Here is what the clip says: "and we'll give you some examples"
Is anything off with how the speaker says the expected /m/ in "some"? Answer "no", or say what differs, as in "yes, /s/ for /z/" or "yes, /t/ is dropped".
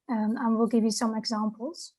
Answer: no